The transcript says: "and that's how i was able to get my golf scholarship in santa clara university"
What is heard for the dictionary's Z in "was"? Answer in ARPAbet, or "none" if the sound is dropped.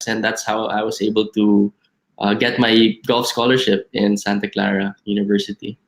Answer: S